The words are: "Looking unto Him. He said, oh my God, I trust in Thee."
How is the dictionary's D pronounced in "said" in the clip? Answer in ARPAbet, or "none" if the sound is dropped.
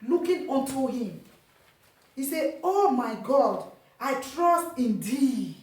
none